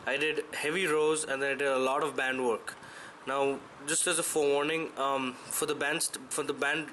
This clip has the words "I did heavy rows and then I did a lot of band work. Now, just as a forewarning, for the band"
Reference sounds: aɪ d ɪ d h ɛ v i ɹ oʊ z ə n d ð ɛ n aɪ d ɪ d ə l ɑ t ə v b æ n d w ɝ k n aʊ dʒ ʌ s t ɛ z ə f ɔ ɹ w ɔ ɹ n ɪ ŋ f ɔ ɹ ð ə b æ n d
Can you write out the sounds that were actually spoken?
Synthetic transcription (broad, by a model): aɪ d ɪ d h ɛ v i ɹ oʊ z ə n d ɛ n aɪ d ɪ d ə l ɑ t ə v b æ n d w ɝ k n aʊ dʒ ʌ s t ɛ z ə f ɔ ɹ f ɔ ɹ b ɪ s f ɔ ɹ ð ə b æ n d